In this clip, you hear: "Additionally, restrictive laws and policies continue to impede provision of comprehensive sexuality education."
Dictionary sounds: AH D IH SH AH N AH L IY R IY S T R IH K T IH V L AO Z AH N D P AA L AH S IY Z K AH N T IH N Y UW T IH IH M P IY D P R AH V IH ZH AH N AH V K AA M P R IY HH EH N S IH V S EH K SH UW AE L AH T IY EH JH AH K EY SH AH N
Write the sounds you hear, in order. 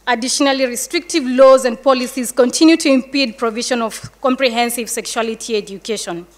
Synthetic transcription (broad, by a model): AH D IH SH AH N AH L IY R IY S T R IH K T IH V L AO Z AH N D P AA L AH S IY Z K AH N T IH N Y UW T IH IH M P IY D P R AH V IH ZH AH N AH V K AA M P R IY HH EH N S IH V S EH K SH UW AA L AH T IY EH JH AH K EY SH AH N